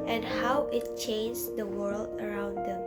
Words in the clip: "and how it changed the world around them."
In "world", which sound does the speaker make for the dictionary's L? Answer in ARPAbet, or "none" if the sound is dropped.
L